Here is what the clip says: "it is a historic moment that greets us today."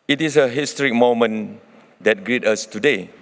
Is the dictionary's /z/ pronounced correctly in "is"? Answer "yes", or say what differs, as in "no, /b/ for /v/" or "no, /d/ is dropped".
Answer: no, /s/ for /z/